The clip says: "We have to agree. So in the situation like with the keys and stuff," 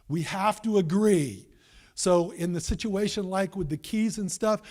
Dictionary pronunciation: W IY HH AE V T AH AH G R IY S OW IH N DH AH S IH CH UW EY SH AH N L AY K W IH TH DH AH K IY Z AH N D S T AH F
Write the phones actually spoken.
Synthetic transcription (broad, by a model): W IY HH AE F T AH AH G R IY S OW IH N DH AH S IH CH UW EY SH AH N L AY K W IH DH AH K IY Z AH N S T AH F